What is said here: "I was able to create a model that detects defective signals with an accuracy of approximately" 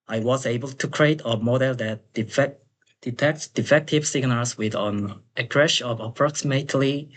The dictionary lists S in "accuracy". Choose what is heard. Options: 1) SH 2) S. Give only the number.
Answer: 1